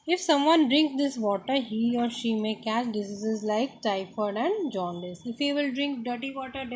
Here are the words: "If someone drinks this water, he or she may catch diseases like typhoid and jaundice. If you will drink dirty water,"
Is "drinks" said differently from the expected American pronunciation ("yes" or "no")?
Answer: no